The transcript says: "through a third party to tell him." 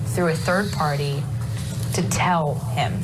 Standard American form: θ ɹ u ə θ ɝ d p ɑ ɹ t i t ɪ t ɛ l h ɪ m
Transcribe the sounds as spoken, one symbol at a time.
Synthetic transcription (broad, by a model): θ ɹ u ə θ ɝ d p ɑ ɹ t i t ɪ t ɛ l h ɪ m